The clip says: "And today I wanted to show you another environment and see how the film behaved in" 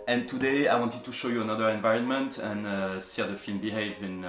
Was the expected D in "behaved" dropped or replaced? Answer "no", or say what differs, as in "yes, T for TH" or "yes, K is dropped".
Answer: yes, D is dropped